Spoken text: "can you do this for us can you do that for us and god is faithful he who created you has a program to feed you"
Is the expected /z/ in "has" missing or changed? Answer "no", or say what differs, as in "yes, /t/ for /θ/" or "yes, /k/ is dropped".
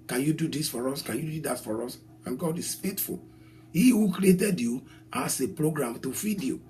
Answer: yes, /s/ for /z/